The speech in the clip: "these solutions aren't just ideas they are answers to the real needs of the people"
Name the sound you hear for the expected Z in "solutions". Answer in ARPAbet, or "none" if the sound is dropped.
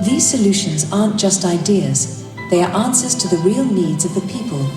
Z